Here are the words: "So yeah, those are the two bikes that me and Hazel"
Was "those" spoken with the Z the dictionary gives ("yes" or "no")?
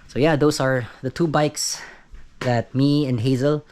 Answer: no